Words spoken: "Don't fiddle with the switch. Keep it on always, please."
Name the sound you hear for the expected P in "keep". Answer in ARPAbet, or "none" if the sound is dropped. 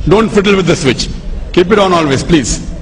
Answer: P